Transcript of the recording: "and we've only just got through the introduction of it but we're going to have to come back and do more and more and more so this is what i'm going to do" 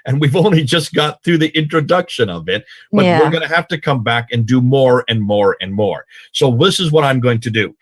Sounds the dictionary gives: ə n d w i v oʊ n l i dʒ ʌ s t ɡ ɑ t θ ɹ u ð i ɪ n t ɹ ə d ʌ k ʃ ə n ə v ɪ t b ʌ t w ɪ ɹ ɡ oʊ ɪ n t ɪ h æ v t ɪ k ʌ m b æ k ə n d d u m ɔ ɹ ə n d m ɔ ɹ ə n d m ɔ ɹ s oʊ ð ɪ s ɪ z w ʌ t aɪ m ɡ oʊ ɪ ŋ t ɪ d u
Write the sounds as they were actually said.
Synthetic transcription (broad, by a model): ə n w i v oʊ n l i dʒ ʌ s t ɡ ɑ t θ ɹ u ð i ɪ n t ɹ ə d ʌ k ʃ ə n ə v ɪ t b ʌ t w ɪ ɹ ɡ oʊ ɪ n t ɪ h æ f t ɪ k ʌ m b æ k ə n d d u m ɔ ɹ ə n m ɔ ɹ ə n m ɔ ɹ s oʊ ð ɪ s ɪ z w ʌ t aɪ m ɡ oʊ ɪ ŋ t ɪ d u